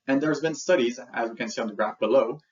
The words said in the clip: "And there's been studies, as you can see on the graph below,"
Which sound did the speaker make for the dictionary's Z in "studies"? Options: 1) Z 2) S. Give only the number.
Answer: 1